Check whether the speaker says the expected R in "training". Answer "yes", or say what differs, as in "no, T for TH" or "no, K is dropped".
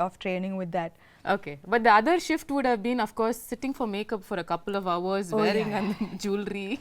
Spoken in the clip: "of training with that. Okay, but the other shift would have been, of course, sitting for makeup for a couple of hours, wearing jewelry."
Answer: yes